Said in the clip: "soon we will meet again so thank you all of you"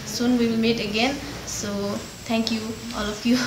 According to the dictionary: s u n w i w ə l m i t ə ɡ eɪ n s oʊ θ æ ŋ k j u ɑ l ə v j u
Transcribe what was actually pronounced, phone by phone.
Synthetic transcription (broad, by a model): s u n w i w ə l m i t ə ɡ eɪ n s oʊ t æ ŋ k j u ɑ l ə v j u